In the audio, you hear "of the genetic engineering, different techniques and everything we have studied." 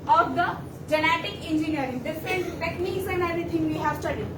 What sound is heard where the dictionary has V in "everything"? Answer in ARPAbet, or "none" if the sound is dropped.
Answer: none